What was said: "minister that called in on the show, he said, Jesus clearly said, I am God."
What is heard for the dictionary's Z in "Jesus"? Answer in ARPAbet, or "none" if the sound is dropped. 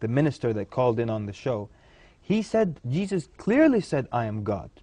Z